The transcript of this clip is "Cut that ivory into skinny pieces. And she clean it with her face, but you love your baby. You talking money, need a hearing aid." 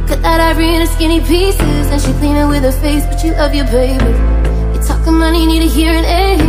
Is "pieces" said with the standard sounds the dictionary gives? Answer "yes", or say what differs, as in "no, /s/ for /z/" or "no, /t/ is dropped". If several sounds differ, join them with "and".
yes